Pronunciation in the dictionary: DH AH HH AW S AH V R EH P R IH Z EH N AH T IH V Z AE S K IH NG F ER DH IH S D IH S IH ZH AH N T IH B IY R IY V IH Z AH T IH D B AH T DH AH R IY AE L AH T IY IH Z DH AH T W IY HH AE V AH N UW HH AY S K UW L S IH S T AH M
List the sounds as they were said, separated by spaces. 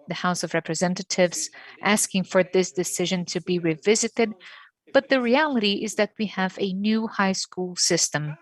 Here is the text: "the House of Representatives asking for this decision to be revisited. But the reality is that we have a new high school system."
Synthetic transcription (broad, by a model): DH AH HH AW S AH V R EH P R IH Z EH N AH T IH V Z AE S K IH NG F ER DH IH S D IH S IH ZH AH N T IH B IY R IY V IH Z AH T IH D B AH T DH AH R IY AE L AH T IY IH Z DH AH T W IY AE V AH N UW HH AY S K UW L S IH S T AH M